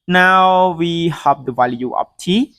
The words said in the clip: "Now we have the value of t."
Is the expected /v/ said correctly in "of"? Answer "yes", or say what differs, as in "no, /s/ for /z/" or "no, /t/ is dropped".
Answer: no, /p/ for /v/